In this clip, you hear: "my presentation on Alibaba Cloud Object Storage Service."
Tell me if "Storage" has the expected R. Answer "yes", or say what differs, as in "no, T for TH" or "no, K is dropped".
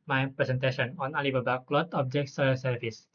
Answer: no, R is dropped